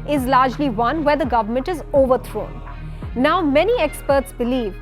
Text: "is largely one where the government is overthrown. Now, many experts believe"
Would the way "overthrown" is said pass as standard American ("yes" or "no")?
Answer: no